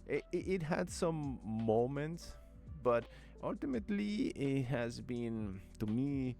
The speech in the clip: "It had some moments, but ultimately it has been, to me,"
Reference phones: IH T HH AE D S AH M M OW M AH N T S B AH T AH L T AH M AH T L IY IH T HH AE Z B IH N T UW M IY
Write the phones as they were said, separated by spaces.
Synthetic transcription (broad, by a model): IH T HH AE D S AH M M OW M AH N T S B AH T AH L T AH M AH T L IY IH T HH AE Z B IH N T UW M IY